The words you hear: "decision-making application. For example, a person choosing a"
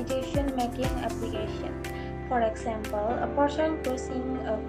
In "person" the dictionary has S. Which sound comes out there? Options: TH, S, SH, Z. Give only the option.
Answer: SH